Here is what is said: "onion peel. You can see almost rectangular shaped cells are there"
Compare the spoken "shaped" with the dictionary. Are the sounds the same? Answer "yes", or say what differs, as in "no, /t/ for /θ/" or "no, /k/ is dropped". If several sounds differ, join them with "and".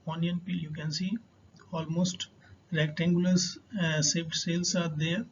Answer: no, /s/ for /ʃ/ and /p/ is dropped